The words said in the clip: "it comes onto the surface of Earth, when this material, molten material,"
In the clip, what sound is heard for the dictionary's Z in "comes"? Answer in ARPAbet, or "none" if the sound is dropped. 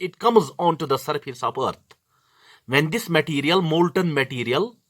Z